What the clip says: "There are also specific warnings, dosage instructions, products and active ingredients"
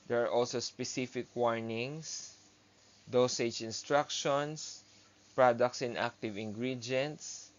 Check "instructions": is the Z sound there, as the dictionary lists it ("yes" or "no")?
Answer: no